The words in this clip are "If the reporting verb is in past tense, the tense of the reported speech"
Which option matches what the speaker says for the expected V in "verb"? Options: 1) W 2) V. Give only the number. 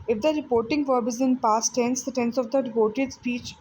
2